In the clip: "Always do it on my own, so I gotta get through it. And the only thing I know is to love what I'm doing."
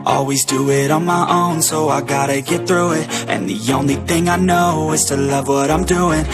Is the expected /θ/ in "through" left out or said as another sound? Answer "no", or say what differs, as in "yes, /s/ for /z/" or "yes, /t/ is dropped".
no